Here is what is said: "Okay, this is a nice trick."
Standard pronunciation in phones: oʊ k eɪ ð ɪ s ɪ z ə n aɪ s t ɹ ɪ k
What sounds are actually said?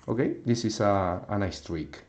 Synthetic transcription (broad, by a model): oʊ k eɪ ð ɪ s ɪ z ə n aɪ s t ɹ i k